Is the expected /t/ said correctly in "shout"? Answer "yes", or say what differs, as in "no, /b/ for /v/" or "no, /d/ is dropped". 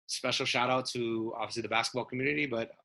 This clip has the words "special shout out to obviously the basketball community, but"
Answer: yes